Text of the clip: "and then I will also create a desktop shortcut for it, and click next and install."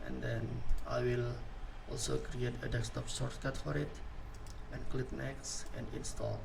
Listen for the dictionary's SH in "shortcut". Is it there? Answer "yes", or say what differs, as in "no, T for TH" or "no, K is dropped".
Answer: no, S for SH